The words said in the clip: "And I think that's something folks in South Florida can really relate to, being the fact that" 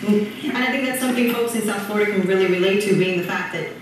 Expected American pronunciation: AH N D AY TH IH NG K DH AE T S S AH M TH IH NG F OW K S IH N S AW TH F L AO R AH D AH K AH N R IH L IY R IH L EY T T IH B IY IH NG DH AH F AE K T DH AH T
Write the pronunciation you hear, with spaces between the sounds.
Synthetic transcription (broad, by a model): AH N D AY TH IH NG K DH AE T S S AH M TH IH NG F OW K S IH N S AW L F AO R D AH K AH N R IH L IY R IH L EY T T IH B IY IH NG DH AH F AE K DH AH T